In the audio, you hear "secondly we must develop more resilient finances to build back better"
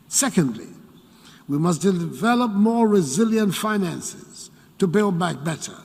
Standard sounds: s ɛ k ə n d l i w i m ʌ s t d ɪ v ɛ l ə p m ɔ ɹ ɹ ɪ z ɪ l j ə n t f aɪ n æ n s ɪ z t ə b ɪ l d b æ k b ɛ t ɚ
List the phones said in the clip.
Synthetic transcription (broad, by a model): s ɛ k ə n d l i w i m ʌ s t d ɪ v ɛ l ə p m ɔ ɹ ɹ ɪ z ɪ l j ə n t f aɪ n æ n s ɪ z t ə b ɪ l d b æ k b ɛ t ɚ